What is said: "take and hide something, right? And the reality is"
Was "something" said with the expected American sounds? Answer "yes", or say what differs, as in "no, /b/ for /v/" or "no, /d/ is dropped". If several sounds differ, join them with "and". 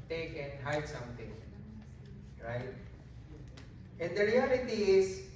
no, /t/ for /θ/